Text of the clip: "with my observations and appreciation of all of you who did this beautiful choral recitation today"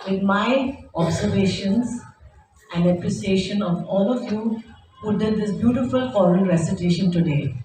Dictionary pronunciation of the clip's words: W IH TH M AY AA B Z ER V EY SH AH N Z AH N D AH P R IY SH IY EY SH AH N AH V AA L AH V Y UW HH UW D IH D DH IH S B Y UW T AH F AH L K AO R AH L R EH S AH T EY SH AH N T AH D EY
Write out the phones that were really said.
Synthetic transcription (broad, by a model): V IH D M AY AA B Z ER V EY SH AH N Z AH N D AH P R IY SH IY EY SH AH N AH V AA L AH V Y UW HH UW D IH D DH IH S B Y UW T AH F AH L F AO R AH N R EH S AH T EY SH AH N T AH D EY